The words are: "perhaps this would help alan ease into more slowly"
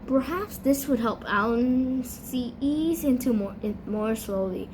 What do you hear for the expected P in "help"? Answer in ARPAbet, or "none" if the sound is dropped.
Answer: P